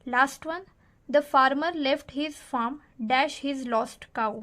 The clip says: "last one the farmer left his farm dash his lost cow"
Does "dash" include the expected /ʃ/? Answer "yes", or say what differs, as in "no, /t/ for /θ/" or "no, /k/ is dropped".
yes